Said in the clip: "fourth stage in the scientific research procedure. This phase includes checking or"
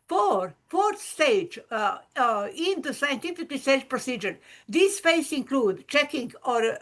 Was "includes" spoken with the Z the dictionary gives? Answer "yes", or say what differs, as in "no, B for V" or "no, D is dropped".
no, Z is dropped